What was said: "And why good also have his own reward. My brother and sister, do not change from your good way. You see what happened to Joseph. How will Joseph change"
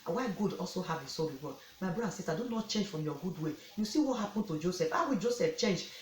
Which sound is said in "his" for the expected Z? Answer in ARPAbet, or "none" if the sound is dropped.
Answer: S